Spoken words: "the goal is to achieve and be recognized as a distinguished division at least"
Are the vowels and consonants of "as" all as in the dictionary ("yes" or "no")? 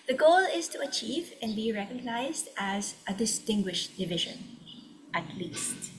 yes